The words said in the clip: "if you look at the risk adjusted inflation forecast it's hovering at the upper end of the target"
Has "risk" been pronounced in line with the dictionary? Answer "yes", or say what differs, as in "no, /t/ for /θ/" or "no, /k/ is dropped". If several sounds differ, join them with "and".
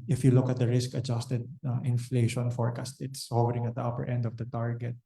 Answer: yes